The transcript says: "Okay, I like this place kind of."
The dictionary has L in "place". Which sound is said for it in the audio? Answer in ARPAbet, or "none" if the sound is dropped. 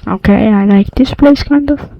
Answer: L